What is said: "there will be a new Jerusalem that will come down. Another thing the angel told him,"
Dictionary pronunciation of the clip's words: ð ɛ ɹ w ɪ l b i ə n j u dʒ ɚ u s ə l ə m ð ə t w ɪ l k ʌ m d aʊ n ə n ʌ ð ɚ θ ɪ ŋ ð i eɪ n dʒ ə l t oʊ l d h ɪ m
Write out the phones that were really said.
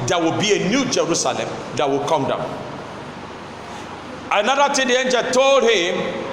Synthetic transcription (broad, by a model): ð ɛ w ɪ l b i ə n j u dʒ ɚ u s ə l ə m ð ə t w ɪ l k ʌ m d aʊ n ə n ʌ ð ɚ t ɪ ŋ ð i eɪ n dʒ ə l t oʊ l d h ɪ m